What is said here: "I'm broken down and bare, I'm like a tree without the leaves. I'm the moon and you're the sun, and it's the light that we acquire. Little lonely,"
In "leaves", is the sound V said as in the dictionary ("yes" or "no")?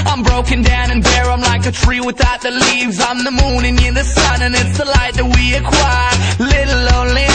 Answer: yes